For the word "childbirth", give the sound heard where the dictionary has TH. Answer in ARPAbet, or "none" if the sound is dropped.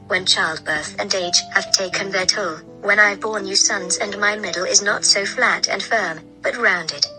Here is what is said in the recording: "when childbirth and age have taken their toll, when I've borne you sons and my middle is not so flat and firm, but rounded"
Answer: TH